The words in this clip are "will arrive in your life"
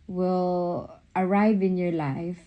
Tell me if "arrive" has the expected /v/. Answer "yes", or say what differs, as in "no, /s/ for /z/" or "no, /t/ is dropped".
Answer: yes